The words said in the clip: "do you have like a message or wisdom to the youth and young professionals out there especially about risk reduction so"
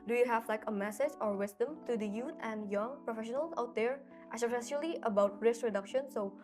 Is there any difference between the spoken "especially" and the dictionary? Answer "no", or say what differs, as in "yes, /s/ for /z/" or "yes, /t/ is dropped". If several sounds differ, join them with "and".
yes, /s/ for /ʃ/